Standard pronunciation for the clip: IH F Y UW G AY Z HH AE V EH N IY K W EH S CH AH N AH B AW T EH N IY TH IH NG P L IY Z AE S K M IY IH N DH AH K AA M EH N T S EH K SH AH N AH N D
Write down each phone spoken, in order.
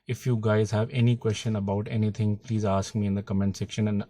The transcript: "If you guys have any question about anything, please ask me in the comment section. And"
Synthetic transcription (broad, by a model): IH F Y UW G AY Z HH AE V EH N IY K W EH S CH AH N AH B AW T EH N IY T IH NG P L IY Z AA S K M IY IH N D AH K AA M EH N T S EH K SH AH N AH N